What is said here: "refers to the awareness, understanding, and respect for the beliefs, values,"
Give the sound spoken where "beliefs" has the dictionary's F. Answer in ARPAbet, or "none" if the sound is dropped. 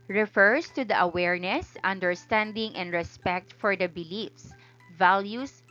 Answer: F